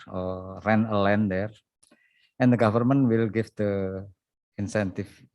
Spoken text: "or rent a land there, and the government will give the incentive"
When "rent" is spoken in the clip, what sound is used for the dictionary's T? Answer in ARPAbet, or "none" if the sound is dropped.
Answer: none